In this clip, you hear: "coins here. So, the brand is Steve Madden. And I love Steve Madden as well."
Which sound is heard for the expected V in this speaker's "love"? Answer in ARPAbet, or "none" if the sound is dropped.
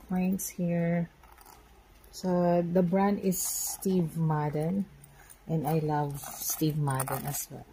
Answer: V